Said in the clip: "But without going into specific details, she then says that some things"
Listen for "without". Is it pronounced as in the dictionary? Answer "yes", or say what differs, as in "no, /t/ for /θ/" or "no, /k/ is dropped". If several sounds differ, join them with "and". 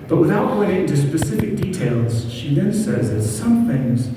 yes